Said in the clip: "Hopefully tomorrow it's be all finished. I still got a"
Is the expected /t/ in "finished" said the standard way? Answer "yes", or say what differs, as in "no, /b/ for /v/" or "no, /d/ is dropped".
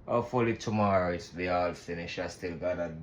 no, /t/ is dropped